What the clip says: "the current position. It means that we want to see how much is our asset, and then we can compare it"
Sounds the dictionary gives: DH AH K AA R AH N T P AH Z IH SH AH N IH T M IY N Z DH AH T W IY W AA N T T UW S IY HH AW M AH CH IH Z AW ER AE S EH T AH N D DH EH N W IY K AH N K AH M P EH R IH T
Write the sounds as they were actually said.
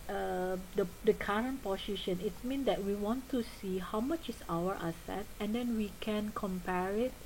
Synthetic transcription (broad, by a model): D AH K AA R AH N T P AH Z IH SH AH N IH T M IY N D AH T W IY W AA N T T UW S IY HH AW M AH CH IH S AW ER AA S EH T AH N D EH N W IY K AH N K AH M P EH R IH T